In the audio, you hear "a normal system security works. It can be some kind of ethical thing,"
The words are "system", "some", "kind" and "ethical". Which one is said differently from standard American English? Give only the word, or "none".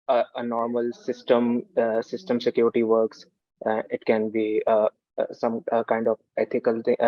ethical